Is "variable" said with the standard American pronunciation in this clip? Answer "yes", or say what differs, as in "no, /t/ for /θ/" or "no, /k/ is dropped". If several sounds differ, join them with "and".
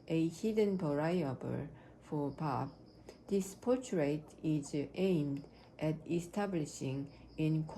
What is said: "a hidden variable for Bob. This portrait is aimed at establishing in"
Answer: no, /p/ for /v/